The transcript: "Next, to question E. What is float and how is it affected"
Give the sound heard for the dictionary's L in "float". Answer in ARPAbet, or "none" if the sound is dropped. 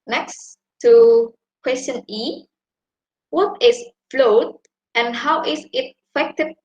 L